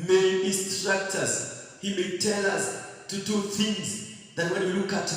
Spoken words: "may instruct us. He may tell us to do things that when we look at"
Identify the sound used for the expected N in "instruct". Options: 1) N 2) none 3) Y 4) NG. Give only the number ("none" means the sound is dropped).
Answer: 2